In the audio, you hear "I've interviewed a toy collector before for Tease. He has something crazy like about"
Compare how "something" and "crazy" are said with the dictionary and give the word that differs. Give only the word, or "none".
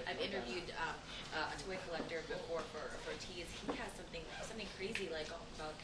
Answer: none